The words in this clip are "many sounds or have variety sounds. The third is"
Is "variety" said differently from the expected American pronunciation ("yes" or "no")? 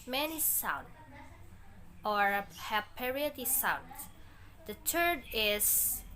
yes